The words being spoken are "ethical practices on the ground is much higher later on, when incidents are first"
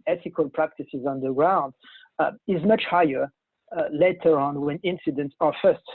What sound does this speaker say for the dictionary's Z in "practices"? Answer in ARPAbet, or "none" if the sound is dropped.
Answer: Z